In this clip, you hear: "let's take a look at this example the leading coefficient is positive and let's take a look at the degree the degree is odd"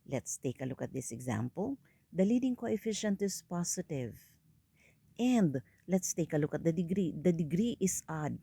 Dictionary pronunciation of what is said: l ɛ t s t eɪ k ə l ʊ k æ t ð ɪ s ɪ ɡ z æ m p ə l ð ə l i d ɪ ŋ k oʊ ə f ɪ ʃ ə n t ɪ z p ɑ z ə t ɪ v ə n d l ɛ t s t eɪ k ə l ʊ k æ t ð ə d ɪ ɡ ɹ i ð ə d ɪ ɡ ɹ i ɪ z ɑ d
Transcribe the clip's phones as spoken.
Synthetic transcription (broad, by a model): l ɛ t s t eɪ k ə l ʊ k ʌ t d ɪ s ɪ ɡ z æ m p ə l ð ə l i d ɪ ŋ k oʊ ə f ɪ ʃ ə n t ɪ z p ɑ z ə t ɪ v ə n d l ɛ t s t eɪ k ə l ʊ k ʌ t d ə d ɪ ɡ ɹ i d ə d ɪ ɡ ɹ i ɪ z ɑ d